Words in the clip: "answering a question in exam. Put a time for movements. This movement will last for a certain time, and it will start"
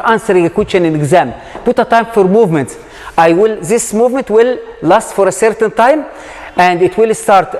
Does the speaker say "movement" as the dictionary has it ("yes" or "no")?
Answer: yes